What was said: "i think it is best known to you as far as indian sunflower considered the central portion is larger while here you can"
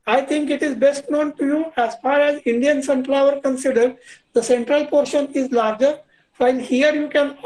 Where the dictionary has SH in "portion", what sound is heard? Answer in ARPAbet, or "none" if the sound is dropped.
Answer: SH